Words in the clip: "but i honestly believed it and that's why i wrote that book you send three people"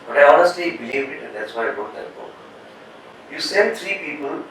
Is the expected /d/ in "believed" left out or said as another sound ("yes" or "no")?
yes